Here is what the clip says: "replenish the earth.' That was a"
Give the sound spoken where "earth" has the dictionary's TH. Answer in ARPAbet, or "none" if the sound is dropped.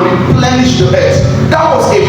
T